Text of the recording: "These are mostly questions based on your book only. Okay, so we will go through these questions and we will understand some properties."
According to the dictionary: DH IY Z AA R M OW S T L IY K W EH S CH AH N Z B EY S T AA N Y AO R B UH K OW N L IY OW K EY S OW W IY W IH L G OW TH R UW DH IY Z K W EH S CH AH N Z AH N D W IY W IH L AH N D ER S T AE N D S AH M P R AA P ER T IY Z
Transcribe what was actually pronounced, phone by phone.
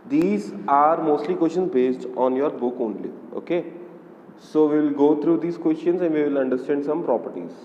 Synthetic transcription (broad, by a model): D IY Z AA R M OW S T L IY K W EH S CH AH N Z B EY S T AA N Y AO R B UH K OW N L IY OW K EY S OW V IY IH L G OW T R UW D IY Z K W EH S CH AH N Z AH N D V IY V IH L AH N D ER S T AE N D S AH M P R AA P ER T IY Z